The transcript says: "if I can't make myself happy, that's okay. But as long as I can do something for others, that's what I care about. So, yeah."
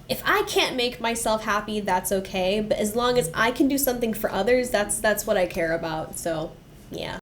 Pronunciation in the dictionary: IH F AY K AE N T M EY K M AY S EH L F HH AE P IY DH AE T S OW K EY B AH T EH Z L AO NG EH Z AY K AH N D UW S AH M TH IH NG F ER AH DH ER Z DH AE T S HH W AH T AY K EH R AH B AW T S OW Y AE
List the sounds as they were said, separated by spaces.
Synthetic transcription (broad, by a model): IH F AY K AE N M EY K M AY S EH L F HH AE P IY DH AE T S OW K EY B AH T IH Z L AO NG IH Z AY K AH N D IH S AH M TH IH NG F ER AH DH ER Z DH AE T S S W AH T AY K EH R AH B AW T S OW Y AE